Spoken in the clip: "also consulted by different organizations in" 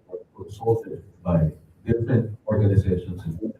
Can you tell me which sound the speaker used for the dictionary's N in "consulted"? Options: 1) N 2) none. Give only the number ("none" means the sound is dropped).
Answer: 2